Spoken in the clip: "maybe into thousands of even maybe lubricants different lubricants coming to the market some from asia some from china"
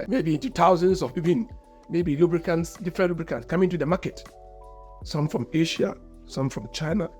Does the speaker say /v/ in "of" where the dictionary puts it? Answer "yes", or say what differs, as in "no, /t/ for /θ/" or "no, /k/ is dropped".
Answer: no, /b/ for /v/